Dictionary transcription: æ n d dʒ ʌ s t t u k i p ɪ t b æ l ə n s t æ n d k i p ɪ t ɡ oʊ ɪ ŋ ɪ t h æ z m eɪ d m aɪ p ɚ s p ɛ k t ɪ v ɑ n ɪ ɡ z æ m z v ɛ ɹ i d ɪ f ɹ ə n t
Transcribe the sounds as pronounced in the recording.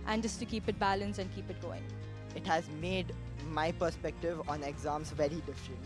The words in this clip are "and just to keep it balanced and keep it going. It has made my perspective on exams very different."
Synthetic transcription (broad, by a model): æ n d dʒ ʌ s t t u k i p ɪ t b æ l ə n s æ n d k i p ɪ t ɡ oʊ ɪ ŋ ɪ t h æ z m eɪ d m aɪ p ɚ s p ɛ k t ɪ v ɑ n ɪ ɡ z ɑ m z v ɛ ɹ i d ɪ f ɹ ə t